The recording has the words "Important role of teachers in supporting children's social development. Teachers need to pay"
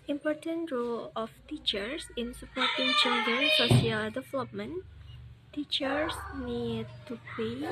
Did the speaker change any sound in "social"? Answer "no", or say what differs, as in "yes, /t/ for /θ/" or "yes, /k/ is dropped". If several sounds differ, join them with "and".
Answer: yes, /ʃ/ is dropped